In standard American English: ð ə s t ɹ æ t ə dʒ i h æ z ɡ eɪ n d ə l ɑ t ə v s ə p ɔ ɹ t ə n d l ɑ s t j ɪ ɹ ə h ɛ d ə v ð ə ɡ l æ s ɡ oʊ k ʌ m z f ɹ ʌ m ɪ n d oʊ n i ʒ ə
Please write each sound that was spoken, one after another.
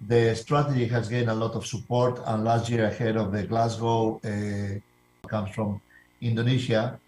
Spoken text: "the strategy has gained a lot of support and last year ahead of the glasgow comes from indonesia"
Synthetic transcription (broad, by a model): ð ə s t ɹ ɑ t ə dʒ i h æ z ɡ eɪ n ə l ɑ t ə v s ə p ɔ ɹ t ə n l ɑ s t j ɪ ɹ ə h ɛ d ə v ð ə ɡ l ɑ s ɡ oʊ k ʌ m s f ɹ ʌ m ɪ n d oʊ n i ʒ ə